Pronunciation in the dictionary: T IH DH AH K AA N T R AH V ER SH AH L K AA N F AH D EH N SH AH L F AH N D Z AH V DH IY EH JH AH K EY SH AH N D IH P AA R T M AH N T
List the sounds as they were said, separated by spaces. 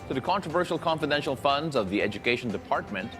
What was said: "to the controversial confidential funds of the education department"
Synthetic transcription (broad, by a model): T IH DH AH K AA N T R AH V ER SH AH L K AA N F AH D EH N SH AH L F AH N D Z AH V DH IY EH JH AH K EY SH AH N D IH P AA R T M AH N T